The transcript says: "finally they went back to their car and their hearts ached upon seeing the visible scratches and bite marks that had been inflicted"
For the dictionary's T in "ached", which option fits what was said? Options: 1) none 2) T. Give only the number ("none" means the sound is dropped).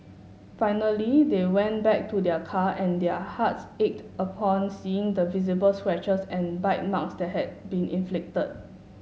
2